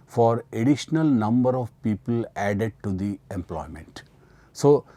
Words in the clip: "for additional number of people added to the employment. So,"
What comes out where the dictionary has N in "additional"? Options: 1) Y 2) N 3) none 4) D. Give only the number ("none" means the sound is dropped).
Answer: 2